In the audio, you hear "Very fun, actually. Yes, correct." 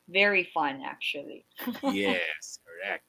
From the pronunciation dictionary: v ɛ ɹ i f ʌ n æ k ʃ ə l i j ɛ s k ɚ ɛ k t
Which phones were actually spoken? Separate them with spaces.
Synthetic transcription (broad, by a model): v ɛ ɹ i f ʌ n æ k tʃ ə l i j ɛ s k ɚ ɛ k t